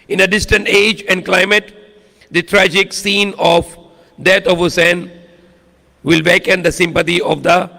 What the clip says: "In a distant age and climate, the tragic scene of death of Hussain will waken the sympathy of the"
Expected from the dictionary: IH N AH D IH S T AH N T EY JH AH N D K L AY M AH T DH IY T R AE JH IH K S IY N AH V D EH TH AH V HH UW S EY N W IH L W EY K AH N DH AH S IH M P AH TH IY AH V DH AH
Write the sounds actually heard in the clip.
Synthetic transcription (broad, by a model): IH N AH D IH S T AH N T EY JH AH N D K L AY M AH T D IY T R AE JH IH K S IY N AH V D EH T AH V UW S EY N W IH L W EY K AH N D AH S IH M P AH T IY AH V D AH